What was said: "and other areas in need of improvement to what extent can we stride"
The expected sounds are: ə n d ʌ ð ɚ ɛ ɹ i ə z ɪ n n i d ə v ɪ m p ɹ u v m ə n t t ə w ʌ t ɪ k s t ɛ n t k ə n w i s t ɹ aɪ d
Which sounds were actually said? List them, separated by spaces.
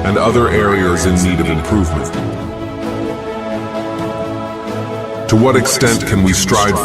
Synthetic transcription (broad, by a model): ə n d ʌ ð ɚ ɛ ɹ i ə z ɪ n n i d ə v ɪ m p ɹ u v m ə n t t ə w ʌ t ɪ k s t ɛ n t k ə n w i s t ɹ aɪ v